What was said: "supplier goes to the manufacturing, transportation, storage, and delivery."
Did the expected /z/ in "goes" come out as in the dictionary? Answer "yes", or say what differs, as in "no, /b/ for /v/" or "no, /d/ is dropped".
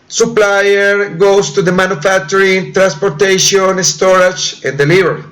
no, /s/ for /z/